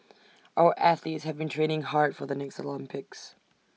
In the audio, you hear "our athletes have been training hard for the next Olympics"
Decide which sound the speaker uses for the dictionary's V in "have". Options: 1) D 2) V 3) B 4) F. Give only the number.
2